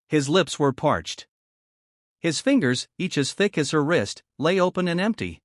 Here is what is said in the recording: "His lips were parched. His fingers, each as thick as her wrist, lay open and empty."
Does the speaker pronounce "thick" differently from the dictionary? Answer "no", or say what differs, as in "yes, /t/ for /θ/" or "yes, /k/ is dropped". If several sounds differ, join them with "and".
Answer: no